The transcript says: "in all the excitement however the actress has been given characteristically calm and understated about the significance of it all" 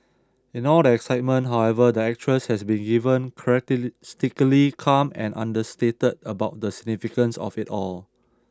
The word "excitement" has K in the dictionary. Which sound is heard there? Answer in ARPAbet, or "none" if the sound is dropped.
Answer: K